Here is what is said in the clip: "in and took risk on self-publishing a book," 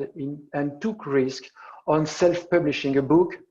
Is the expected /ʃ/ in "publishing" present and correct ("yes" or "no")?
yes